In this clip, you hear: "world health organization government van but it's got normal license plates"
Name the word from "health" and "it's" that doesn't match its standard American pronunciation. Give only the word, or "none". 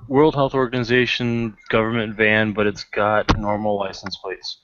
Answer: none